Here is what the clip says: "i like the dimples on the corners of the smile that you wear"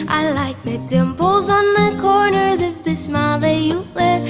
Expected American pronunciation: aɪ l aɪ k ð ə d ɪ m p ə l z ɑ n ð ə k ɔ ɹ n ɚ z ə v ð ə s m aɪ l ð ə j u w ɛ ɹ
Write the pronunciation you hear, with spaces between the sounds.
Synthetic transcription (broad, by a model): aɪ l aɪ k ð ə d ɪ m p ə l z n ð ə k ɔ ɹ n ɚ z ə f ð ə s m aɪ l ð ə j u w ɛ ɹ